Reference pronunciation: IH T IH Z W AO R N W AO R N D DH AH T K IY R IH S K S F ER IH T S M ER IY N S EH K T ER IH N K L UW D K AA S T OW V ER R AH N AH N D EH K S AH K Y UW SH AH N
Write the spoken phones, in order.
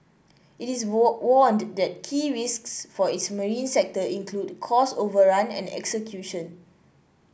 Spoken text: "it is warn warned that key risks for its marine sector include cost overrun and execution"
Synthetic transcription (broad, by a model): IH T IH S W AO N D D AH T K IY R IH S K S F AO IH T S M ER IY N S EH K T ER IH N K L UW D K AA S OW V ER R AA N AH N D EH K S AH K Y UW SH AH N